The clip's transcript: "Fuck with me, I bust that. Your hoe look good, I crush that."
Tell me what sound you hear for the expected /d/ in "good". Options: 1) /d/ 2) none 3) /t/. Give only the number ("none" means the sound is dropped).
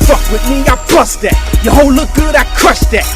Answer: 1